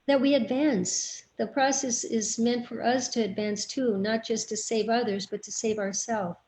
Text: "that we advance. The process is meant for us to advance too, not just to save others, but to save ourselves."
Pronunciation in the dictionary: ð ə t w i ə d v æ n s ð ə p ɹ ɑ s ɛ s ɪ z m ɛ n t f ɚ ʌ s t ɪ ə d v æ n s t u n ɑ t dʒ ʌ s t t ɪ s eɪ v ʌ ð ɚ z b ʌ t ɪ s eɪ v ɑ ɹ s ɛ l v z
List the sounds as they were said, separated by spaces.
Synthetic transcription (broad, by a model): ð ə t w i ə d v æ n s ð ə p ɹ ɑ s ɛ s ɪ z m ɛ n t f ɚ ʌ s t ɪ ə d v æ n s t u n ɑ t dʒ ʌ s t t ɪ s eɪ v ʌ ð ɚ z b ʌ t ɪ s eɪ v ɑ ɹ s ɛ l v